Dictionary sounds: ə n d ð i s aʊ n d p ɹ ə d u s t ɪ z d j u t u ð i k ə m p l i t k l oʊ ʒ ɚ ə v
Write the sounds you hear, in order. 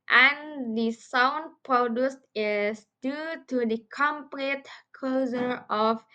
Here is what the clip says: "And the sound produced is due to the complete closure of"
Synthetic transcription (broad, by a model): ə n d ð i s aʊ n d p ɹ ə d u s t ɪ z d j u t u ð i k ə m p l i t k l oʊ z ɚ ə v